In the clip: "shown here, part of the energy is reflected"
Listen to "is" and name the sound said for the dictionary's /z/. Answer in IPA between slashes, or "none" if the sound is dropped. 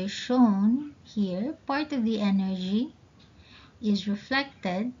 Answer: /z/